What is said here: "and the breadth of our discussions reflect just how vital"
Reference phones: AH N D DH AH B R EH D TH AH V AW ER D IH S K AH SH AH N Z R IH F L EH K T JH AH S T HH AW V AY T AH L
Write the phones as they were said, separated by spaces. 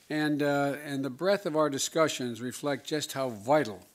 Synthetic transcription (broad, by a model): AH N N DH AH B R EH TH AH V AW ER D IH S K AH SH AH N Z R IH F L EH K T JH AH S T HH AW V AY T L